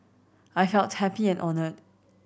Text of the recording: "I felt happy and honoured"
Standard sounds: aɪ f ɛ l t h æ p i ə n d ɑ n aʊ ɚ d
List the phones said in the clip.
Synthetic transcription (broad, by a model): aɪ f ɛ l t h æ p i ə n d ɑ n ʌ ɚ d